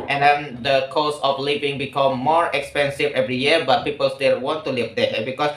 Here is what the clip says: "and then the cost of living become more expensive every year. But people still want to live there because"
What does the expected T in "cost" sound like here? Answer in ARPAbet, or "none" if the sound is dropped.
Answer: none